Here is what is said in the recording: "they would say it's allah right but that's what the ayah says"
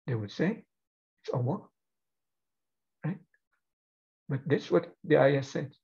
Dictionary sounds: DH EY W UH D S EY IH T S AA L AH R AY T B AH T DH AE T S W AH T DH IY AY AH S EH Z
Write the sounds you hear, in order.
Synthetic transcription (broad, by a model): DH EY W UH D S EY IH T S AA W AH R AY T B AH T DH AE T S W AH T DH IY AY AH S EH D